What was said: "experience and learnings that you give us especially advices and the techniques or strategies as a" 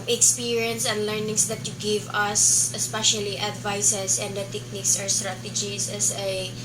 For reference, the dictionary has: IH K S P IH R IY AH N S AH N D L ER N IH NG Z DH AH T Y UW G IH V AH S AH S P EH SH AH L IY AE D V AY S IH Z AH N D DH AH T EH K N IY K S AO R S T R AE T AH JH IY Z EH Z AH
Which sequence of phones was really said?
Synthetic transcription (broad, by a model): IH K S P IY R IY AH N S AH N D L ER N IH NG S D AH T Y UW G IH V AH S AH S P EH SH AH L IY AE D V AY S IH S AH N D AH T EH K N IY K S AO R S T R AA T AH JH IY S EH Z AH